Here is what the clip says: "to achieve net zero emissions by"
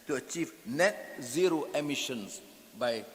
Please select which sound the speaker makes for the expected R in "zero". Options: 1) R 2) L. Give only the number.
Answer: 1